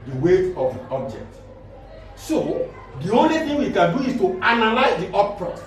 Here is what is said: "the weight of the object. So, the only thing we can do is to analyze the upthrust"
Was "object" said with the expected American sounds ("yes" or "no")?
yes